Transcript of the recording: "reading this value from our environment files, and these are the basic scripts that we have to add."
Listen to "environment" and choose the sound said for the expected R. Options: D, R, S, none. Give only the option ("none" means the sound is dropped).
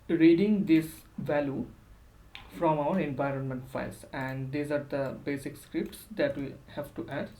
R